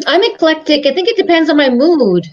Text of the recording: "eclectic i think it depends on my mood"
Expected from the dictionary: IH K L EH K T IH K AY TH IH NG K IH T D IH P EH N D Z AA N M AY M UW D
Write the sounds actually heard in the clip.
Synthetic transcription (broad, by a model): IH K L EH K T IH K AY TH IH NG K IH T D IH P EH N D Z N M AY M UW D